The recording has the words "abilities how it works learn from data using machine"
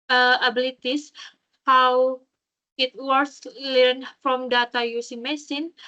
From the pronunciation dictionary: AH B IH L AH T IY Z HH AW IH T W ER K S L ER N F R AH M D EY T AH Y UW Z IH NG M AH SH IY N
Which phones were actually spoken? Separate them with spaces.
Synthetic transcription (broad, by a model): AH B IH L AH T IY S HH AW IH T W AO S L ER N F R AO M D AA T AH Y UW S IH M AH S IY N